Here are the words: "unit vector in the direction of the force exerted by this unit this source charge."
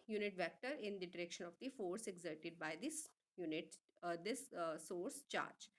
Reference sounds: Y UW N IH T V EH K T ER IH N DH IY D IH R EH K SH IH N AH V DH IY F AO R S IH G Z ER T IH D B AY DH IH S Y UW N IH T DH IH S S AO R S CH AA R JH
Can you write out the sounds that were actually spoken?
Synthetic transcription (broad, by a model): Y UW N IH T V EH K T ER IH N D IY D IH R EH K SH IH N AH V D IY F AO R S IH G Z ER T IH D B AY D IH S Y UW N IH T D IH S S AO R S CH AA R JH